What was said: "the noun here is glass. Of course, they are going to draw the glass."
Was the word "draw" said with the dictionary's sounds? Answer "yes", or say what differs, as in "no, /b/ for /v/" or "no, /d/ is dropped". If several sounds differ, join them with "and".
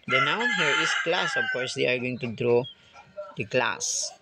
yes